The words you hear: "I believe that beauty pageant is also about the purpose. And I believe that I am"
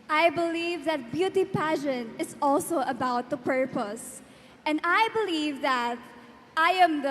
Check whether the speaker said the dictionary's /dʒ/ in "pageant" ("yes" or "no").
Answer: no